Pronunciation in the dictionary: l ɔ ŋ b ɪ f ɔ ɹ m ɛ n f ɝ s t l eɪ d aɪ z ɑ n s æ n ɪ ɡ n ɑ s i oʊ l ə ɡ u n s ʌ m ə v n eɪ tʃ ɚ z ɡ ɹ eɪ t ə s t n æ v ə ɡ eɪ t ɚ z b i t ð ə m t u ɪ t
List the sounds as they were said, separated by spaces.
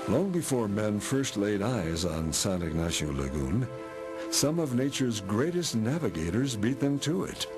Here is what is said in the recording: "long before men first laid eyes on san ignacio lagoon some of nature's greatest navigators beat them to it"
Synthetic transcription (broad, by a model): l ɔ ŋ b ɪ f ɔ ɹ m ɛ n f ɝ s t l eɪ d aɪ z n s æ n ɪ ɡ n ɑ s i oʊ l ə ɡ u n s ʌ m ə v n eɪ tʃ ɚ z ɡ ɹ eɪ t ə s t n æ v ə ɡ eɪ t ɚ z b i t ð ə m t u ɪ t